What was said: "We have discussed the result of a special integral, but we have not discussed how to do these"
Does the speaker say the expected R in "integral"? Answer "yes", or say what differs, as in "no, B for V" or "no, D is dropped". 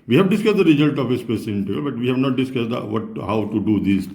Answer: no, R is dropped